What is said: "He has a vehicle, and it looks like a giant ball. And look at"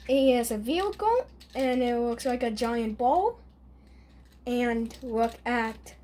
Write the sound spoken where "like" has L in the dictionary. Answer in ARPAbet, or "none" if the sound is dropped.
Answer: L